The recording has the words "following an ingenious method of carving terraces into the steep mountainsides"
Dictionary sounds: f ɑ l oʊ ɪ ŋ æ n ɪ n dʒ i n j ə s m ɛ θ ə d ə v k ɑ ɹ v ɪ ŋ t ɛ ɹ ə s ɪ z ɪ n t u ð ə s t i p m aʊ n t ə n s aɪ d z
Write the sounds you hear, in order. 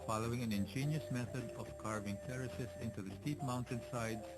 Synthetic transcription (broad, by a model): f ɑ l oʊ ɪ ŋ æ n ɪ n dʒ i n j ə s m ɛ θ ə d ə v k ɑ ɹ v ɪ ŋ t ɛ ɹ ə s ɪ s ɪ n t u ð ə s t i p m aʊ n t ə n s aɪ d